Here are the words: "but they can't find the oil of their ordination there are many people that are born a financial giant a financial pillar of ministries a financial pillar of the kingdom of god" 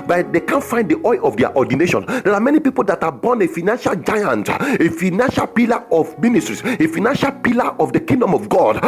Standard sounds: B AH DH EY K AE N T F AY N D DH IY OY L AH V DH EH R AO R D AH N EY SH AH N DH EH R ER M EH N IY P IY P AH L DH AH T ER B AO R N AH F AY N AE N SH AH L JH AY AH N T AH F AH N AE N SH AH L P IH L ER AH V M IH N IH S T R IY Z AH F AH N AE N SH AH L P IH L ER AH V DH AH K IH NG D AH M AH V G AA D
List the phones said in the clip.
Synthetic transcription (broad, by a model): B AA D EY K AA N F AY N D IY OY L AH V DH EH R AO D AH N EY SH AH N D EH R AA M EH N IY P IY P AH L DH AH T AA B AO N AH F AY N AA N SH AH L JH AY AH N T AH F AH N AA N SH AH L P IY L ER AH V M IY N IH S T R IY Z AH F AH N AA N SH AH L P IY L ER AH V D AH K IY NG D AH M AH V G AA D